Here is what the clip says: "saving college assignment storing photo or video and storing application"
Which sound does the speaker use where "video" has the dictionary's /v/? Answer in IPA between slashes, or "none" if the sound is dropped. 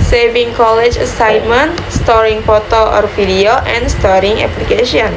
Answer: /f/